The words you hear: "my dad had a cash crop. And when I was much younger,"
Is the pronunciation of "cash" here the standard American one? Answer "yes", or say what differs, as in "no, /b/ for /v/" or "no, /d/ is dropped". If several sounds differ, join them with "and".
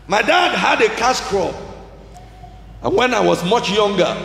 no, /s/ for /ʃ/